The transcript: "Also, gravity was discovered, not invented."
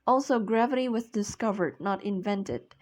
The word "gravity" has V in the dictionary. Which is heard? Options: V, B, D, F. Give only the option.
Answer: V